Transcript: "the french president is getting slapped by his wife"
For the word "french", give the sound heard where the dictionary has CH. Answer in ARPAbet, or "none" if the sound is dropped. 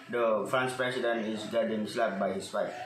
S